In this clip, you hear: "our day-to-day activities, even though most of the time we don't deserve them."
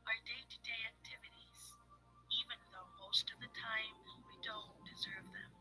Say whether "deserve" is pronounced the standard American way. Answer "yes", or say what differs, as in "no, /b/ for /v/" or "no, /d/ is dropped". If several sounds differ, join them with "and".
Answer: yes